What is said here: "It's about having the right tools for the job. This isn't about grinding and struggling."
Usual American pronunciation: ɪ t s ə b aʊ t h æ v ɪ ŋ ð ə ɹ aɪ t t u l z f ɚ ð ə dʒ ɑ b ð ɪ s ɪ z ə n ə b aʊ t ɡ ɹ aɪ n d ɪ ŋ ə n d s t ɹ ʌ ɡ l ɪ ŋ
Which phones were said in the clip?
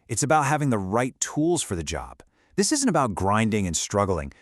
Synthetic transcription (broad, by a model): ɪ t s ə b aʊ t h æ v ɪ ŋ ð ə ɹ aɪ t t u l z f ɚ ð ə dʒ ɑ b ð ɪ s ɪ z ə n ə b aʊ t ɡ ɹ aɪ n d ɪ ŋ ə n s t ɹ ʌ ɡ l ɪ ŋ